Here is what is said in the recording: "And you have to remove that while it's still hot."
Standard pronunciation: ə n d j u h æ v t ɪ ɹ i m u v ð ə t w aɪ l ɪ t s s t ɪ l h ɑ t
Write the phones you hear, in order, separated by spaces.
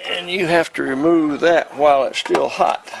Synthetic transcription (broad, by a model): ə n j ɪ h æ f t ɪ ɹ i m u v ð ə t w aɪ l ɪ t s s t ɪ l h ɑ t